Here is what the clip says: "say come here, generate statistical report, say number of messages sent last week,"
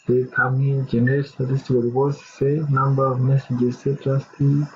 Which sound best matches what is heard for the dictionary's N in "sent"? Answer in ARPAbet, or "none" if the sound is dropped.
none